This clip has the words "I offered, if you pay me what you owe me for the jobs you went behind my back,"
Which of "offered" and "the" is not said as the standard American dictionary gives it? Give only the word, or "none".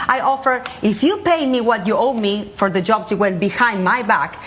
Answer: offered